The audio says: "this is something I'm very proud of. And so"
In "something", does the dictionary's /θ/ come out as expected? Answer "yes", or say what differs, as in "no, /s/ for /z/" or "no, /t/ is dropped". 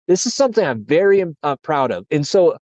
yes